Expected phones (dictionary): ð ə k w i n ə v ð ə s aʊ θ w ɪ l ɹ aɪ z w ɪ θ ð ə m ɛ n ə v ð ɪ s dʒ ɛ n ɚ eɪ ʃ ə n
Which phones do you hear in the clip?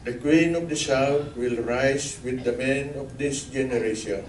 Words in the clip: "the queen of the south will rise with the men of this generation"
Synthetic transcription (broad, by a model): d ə k w i n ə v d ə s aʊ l w ɪ l ɹ aɪ s w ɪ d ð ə m ɛ n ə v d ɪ s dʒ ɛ n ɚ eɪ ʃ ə n